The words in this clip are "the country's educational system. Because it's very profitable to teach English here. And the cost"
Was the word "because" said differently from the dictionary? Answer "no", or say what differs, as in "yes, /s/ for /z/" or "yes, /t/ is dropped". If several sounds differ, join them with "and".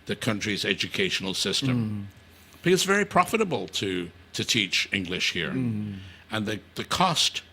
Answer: yes, /z/ is dropped